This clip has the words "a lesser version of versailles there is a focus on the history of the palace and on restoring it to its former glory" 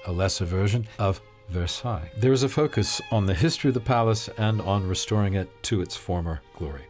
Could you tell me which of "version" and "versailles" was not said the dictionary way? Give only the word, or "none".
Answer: none